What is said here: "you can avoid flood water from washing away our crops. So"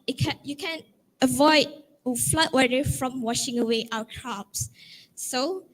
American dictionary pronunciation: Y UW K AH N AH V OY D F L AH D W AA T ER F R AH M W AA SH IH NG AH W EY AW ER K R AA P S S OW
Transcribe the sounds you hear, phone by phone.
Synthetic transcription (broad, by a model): Y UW K AH N AH V OY D F L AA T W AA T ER F R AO M W AA SH IH NG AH W EY AW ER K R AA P S S OW